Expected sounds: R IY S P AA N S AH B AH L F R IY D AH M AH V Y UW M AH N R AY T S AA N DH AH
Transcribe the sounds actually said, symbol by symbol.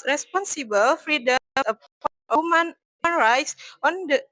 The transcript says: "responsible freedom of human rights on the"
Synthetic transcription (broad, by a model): R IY S P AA N S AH B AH L F R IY D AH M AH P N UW M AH N R AY T S AA N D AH